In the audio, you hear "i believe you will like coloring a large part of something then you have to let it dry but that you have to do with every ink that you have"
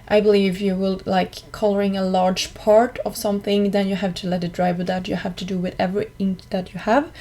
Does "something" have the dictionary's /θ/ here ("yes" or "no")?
yes